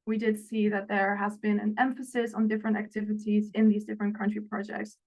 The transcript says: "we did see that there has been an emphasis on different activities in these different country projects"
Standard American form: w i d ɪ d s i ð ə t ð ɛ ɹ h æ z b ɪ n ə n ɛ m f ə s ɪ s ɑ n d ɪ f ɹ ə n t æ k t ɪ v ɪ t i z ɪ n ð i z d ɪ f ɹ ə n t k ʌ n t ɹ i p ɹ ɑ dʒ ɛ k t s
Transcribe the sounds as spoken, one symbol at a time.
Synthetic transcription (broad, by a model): w i d ɪ d s i ð ə t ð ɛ ɹ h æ z b ɪ n ə n ɛ m f ə s ɪ s n d ɪ f ɹ ə n t æ k t ɪ v ɪ t i z ɪ n ð i z d ɪ f ɹ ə n k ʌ n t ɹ i p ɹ ɑ dʒ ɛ k t s